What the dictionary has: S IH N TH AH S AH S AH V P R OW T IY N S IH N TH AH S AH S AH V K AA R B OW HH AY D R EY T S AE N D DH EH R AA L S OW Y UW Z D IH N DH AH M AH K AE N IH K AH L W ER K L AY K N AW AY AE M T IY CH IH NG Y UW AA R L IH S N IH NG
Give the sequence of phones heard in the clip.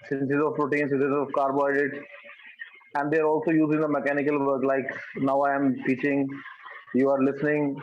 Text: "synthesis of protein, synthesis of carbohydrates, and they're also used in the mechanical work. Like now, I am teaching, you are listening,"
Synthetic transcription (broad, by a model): S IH N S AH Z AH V R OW T IY N S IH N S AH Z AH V K AA R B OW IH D EY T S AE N D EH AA R AA L S OW Y UW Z IH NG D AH M AH K AE N IH K AH L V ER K L AY K N AW AY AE M T IY CH IH NG Y UW AA R L IH S N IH NG